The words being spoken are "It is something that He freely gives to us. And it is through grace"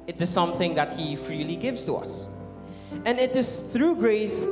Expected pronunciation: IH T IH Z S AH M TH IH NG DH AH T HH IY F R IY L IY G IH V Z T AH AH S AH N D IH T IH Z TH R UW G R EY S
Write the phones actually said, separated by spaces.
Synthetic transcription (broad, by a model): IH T IH Z S AH M TH IH NG DH AH T HH IY F R IY L IY G IH V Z T AH AH S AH N IH T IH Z TH R UW G R EY S